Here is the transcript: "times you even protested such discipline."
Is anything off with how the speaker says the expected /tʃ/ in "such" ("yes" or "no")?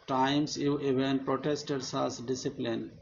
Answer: yes